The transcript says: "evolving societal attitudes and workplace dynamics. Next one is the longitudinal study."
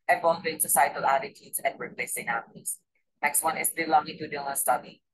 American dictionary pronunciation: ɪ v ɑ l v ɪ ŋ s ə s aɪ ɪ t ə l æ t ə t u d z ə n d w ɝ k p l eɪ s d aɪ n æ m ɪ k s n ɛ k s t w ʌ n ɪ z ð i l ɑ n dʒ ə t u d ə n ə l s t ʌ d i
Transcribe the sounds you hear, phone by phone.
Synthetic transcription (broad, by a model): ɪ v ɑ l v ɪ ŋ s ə s aɪ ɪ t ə l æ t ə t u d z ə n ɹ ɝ p l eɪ s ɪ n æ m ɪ s n ɛ k s t w ʌ n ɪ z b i l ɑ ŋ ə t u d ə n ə s t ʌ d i